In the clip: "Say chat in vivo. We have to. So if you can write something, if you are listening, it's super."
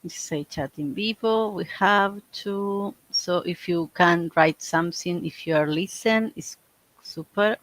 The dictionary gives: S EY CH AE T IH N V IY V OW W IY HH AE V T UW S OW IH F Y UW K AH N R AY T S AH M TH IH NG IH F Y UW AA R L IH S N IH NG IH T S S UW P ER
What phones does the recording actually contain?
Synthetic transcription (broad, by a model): S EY CH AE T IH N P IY P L W IY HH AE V T UW S OW IH F Y UW K AH N R AY T S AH M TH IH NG IH F Y UW AA R L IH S IH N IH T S S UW P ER